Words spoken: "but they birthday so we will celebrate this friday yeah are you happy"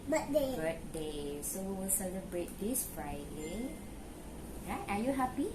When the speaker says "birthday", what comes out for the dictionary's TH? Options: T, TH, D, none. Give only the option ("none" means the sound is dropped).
T